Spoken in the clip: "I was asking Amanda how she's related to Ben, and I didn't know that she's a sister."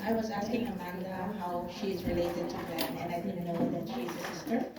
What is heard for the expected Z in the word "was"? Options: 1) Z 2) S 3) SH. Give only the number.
1